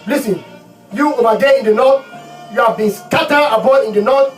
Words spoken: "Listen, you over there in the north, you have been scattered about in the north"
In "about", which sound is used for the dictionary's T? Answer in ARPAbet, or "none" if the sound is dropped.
none